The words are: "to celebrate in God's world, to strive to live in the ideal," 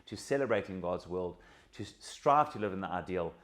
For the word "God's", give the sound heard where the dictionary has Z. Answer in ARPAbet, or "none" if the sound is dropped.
Z